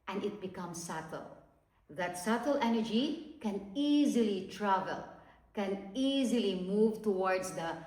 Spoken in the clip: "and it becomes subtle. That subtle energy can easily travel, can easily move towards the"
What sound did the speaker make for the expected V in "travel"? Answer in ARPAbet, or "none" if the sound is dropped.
V